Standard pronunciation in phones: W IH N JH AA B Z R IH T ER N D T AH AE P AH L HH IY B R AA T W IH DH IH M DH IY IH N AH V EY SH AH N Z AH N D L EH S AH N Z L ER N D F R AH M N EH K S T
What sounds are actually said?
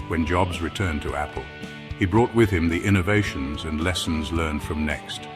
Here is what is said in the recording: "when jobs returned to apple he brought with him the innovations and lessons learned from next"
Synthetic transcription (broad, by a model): W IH N JH AA B Z R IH T ER N T AH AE P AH L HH IY B R AA T W IH DH IH M DH IY IH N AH V EY SH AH N Z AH N L EH S N Z L ER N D F R AH M N EH K S T